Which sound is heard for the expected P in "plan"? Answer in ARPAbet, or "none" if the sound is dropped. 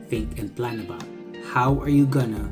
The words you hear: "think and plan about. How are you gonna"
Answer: P